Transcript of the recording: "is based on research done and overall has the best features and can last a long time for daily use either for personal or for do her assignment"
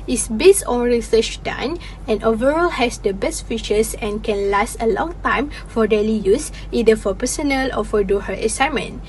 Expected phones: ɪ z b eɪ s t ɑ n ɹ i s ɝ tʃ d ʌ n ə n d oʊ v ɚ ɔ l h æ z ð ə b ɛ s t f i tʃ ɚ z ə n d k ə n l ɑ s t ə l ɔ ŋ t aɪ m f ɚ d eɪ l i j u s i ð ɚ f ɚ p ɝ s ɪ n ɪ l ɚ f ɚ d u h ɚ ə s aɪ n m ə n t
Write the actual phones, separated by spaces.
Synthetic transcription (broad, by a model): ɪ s b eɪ s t ɑ n ɹ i s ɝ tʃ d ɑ n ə n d oʊ v ɚ ɔ l h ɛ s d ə b ɛ s t f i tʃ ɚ s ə n k ə n l ɑ s t ə l ɔ ŋ t aɪ m f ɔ d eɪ l i j u s i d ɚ f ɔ p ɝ s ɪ n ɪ l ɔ f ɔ d u h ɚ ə s aɪ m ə n